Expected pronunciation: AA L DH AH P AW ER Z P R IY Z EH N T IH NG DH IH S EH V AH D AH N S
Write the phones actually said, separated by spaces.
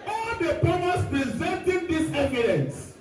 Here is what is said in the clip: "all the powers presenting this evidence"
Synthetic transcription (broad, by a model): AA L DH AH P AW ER S P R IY Z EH N T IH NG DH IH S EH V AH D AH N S